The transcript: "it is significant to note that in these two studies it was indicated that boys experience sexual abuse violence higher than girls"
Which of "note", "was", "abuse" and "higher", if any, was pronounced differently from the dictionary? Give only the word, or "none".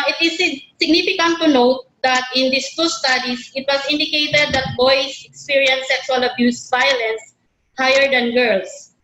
was